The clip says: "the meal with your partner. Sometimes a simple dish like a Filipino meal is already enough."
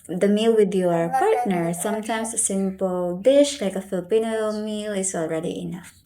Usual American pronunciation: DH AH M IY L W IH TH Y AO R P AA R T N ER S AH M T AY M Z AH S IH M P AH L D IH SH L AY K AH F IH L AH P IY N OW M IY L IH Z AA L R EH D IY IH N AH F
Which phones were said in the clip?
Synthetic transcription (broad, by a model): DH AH M IY L W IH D Y AO R P AA R T N ER S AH M T AY M S AH S IH M P AH L D IH SH L AY K AH F IH L AH P IY N OW M IY L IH S AA L R EH D IY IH N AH F